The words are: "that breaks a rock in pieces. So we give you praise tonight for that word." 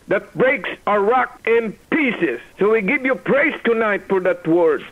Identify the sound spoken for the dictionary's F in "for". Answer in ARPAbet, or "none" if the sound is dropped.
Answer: F